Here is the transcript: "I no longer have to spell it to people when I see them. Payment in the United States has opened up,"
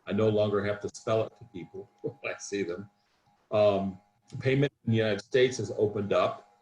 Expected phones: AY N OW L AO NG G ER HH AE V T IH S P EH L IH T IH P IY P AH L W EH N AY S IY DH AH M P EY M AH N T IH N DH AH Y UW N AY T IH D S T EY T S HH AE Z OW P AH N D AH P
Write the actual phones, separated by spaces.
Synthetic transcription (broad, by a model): AY N OW L AO NG G ER HH AE F T IH S P EH L IH T IH P IY P L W AY S IY DH AH M P EY M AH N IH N Y UW N AY T IH D S T EY T S HH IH Z OW P AH N D AH P